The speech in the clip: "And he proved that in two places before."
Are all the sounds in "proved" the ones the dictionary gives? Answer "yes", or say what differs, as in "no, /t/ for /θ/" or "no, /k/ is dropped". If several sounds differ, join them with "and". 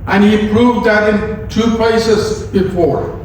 yes